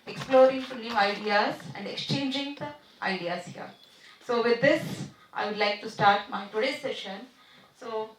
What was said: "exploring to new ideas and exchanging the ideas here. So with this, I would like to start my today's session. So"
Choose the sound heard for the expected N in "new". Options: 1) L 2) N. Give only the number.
1